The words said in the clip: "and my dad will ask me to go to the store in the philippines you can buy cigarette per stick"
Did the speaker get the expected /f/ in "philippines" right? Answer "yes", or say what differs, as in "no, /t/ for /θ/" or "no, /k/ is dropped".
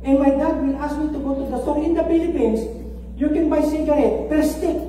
no, /p/ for /f/